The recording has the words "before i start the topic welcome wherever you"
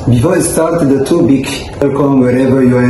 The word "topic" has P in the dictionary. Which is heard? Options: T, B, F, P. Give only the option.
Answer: B